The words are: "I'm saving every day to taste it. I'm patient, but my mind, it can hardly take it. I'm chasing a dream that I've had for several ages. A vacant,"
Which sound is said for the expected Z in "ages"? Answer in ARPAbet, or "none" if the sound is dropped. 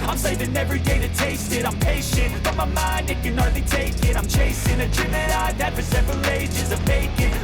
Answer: Z